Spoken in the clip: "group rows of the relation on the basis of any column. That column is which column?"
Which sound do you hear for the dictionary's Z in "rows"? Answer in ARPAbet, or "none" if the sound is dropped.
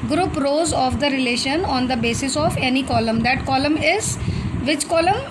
Z